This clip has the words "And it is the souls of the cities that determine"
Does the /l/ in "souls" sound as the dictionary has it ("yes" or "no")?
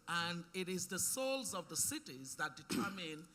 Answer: yes